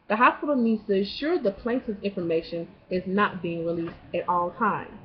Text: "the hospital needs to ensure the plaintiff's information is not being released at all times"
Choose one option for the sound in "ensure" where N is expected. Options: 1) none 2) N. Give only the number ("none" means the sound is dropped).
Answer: 1